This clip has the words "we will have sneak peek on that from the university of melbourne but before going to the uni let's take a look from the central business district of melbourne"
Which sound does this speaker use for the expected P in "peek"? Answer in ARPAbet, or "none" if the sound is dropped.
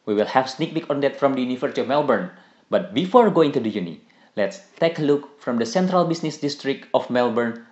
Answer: B